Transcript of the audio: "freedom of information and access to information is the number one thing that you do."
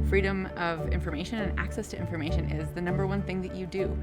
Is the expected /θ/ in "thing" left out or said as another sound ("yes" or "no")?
no